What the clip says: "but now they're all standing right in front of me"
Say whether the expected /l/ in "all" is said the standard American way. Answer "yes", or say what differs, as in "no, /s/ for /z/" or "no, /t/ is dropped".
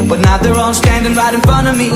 no, /n/ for /l/